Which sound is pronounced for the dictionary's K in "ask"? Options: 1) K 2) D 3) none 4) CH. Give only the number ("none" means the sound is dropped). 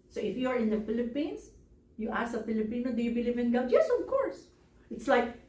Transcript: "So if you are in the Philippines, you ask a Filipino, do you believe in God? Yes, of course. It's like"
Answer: 3